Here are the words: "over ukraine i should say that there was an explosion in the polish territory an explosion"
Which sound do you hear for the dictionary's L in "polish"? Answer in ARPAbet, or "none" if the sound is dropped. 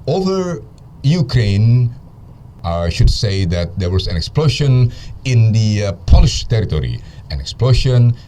L